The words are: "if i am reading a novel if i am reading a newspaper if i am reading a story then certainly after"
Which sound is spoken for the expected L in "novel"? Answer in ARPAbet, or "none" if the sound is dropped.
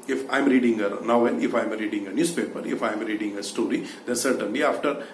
N